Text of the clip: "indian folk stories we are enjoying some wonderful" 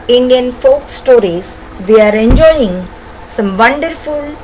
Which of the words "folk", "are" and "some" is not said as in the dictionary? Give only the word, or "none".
none